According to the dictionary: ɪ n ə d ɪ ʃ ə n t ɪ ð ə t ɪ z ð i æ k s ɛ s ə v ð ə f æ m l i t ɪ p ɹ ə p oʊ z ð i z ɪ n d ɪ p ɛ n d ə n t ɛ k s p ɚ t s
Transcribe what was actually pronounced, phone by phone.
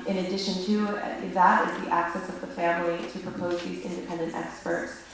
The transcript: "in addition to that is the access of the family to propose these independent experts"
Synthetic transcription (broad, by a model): ɪ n ə d ɪ ʃ ə n t ɪ ð ə t ɪ z ð i æ k s ɛ s ə v ð ə f æ m l i t ɪ p ɹ ə p oʊ z ð i z ɪ n d ɪ p ɛ n d ə n t ɛ k s p ɚ t s